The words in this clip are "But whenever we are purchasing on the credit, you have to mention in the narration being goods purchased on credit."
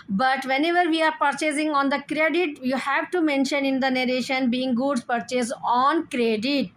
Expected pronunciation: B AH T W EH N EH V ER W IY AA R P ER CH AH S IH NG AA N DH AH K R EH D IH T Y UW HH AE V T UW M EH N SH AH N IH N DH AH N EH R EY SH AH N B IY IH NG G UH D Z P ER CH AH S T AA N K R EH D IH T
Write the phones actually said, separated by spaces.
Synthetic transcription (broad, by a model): B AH T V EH N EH V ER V IY AA R P ER CH AH S IH NG AA N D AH K R EH D IH T Y UW HH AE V T UW M EH N SH AH N IH N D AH N EH R EY SH AH N B IY IH NG G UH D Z P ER CH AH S AA N K R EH D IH T